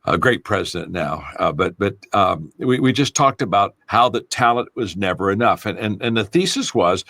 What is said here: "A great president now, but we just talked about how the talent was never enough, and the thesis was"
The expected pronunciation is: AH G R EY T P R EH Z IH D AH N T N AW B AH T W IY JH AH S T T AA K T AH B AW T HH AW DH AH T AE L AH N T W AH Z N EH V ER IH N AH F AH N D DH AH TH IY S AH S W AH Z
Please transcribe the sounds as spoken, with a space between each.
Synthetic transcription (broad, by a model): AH G R EY T P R EH Z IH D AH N N AW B AH T W IY JH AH S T T AA K T AH B AW T HH AW DH AH T AE L AH N T W AH Z N EH V ER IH N AH F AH N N DH AH TH IY S AH S W AH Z